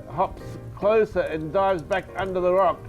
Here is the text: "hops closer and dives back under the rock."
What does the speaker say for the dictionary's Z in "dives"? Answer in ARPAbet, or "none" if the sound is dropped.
Z